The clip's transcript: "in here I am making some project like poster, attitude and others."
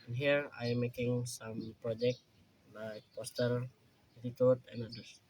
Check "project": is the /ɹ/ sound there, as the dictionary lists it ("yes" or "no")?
yes